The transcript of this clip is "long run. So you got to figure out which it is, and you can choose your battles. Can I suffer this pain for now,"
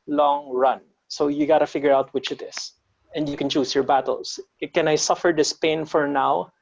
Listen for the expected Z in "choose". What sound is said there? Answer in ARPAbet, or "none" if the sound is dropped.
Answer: S